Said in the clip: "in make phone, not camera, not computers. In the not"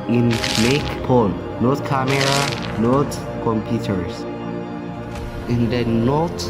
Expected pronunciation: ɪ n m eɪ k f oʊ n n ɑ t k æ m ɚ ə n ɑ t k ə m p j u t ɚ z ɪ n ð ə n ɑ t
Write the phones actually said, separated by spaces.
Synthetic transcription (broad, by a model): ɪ n m eɪ k p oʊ l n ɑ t k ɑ m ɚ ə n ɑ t k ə m p j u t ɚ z ɪ n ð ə n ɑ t